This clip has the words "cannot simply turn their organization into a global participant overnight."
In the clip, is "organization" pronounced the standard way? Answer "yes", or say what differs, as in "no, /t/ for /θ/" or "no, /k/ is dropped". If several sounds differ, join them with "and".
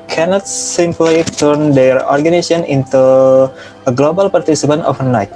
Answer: no, /s/ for /z/ and /ʃ/ is dropped